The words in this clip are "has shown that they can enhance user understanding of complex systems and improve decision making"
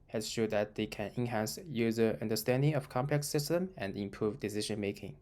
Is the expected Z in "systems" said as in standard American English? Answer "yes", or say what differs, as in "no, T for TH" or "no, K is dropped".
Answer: no, Z is dropped